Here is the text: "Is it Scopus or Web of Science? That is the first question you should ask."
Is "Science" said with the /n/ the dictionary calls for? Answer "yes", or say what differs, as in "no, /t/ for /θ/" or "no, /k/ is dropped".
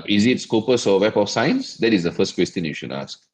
yes